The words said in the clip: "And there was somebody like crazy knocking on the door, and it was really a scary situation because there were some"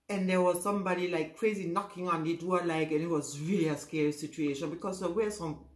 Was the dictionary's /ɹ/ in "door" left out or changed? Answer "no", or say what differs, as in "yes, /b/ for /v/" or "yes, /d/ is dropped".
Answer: yes, /l/ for /ɹ/